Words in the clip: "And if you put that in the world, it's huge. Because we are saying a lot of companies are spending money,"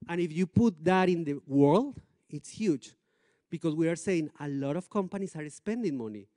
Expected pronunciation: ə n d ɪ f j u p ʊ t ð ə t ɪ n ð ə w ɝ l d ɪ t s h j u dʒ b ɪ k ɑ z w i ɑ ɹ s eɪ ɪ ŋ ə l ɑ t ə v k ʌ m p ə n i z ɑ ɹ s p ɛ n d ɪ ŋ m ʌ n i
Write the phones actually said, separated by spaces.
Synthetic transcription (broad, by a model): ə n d ɪ f j u p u t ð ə t ɪ n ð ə w ɝ l d ɪ t s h j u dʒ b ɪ k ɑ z w i ɑ ɹ s eɪ ɪ ŋ ə l ɑ t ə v k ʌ m p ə n i s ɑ ɹ s p ɛ n d ɪ ŋ m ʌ n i